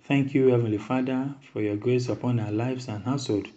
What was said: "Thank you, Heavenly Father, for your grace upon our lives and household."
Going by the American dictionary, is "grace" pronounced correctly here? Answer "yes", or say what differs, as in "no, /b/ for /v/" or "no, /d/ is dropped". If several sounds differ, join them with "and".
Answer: yes